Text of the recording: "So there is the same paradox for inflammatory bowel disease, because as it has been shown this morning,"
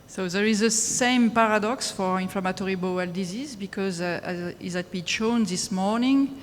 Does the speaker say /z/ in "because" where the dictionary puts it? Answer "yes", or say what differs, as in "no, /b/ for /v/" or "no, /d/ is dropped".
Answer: yes